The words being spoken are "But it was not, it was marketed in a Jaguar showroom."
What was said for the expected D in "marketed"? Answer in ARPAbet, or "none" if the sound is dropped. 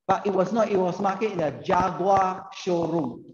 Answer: none